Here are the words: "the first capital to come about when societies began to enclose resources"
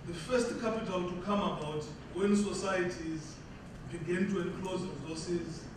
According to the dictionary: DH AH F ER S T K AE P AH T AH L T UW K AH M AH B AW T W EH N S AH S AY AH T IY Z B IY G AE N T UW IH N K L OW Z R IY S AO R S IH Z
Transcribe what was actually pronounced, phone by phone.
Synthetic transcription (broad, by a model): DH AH F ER S T K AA P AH T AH L T UW K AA M AH B AW T W EH N S AH S AY AH T IY Z B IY G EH N T UW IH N K L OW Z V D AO S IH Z